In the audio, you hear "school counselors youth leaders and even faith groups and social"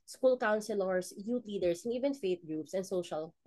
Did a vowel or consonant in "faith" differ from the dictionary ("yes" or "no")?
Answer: yes